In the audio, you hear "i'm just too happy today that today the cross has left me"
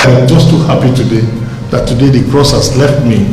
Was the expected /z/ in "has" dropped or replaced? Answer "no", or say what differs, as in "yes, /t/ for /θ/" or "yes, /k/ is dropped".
yes, /s/ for /z/